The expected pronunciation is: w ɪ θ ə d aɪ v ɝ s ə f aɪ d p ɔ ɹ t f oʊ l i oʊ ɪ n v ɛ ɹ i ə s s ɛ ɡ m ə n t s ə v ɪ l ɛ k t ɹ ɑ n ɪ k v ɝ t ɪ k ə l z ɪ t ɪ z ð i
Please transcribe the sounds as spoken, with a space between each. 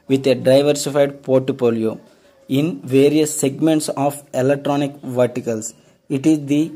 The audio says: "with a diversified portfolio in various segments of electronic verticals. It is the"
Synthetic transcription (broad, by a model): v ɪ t ə d aɪ v ɝ s ə f aɪ d p ɔ ɹ t p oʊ l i oʊ ɪ n v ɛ ɹ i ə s s ɛ ɡ m ə n t s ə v ɪ l ɛ k t ɹ ɑ n ɪ k v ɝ t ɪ k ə l s ɪ t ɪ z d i